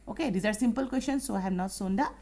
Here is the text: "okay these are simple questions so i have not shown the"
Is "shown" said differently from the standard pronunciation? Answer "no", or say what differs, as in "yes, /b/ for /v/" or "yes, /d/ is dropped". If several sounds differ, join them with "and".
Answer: yes, /s/ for /ʃ/